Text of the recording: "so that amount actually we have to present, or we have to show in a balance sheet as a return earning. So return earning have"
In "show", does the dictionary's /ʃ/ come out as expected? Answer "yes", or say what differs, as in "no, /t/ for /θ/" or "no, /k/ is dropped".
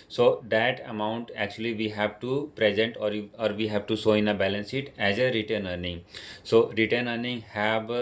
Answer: no, /s/ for /ʃ/